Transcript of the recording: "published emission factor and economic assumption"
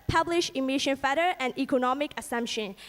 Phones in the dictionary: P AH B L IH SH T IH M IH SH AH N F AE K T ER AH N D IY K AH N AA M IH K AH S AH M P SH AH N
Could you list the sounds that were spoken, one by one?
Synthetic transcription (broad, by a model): P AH B L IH SH IH M IH SH AH N F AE T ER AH N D IY K AH N AA M IH K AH S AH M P SH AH N